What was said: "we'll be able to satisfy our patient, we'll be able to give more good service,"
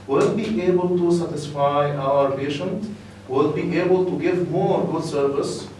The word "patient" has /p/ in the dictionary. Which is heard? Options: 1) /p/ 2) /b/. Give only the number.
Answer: 1